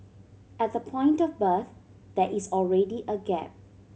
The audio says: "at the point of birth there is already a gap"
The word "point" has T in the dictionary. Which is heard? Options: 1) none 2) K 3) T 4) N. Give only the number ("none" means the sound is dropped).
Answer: 3